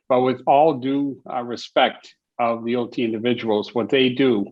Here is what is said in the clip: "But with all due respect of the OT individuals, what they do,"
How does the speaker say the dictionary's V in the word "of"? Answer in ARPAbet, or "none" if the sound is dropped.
V